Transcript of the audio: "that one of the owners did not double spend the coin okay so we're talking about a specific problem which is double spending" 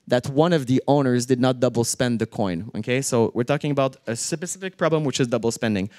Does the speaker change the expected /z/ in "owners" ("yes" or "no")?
no